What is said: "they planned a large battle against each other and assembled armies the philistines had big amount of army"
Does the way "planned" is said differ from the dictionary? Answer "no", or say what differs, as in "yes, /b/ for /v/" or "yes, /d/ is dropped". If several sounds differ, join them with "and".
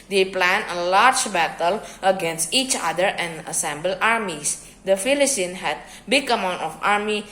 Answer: yes, /d/ is dropped